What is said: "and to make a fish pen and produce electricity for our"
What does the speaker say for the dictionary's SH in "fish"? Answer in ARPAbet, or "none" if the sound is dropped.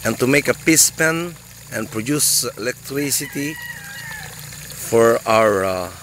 S